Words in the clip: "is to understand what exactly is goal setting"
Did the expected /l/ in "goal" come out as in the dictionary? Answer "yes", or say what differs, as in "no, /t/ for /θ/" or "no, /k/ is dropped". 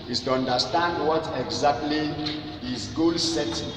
yes